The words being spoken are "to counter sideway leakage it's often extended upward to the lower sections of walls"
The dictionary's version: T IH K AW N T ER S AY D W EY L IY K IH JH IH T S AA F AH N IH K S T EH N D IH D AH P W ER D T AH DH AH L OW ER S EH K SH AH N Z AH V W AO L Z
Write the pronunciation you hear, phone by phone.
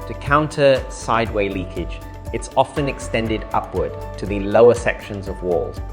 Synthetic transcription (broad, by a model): T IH K AW N T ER S AY D W EY L IY K IH JH IH T S AA F AH N IH K S T EH N D IH D AH P W ER D T AH DH AH L OW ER S EH K SH AH N Z AH V W AO L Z